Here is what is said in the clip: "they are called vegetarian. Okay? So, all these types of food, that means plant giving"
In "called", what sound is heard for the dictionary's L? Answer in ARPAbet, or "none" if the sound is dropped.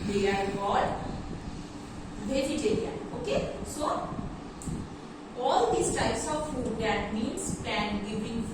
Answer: none